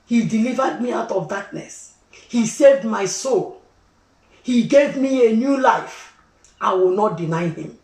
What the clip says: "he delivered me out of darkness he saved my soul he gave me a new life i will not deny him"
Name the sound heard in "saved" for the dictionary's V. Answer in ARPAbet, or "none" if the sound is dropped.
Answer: V